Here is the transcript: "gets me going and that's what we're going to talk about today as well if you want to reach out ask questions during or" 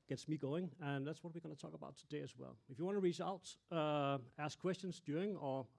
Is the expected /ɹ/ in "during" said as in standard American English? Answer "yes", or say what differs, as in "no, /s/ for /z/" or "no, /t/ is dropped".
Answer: no, /ɹ/ is dropped